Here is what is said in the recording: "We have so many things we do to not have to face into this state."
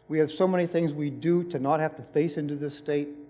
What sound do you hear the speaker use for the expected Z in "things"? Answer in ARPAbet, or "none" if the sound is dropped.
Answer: Z